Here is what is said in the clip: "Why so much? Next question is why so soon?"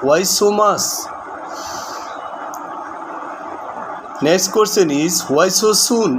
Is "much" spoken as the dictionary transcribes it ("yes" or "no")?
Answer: no